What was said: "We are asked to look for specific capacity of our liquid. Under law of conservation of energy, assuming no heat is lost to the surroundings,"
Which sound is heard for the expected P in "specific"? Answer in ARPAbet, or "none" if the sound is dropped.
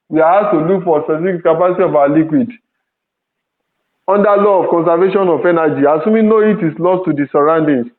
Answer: none